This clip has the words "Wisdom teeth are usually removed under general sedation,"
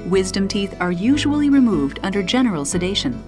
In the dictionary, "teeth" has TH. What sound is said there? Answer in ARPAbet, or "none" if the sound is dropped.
TH